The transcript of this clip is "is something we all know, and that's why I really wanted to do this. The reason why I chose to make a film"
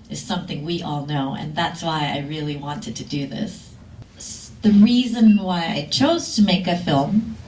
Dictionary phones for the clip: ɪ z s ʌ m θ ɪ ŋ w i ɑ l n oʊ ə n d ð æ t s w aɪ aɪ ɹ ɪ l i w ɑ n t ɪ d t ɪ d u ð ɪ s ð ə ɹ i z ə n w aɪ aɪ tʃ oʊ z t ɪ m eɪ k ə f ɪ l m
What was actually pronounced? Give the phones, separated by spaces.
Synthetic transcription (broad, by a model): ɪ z s ʌ m θ ɪ ŋ w i ɑ l n oʊ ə n ð æ t s w aɪ aɪ ɹ ɪ l i w ɑ n t ɪ d t ɪ d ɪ ð ɪ s ð ə ɹ i z ə n w aɪ aɪ tʃ oʊ z t ɪ m eɪ k ə f ɪ l m